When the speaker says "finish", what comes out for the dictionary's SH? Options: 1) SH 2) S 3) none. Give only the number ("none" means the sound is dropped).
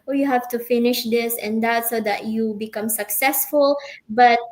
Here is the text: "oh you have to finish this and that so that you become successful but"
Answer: 1